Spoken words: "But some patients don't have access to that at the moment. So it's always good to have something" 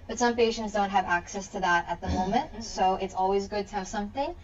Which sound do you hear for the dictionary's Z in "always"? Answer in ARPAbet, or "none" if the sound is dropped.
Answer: Z